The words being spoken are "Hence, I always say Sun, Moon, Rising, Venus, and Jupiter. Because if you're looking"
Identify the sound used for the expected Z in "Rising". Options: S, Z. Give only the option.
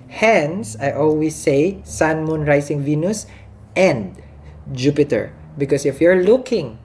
S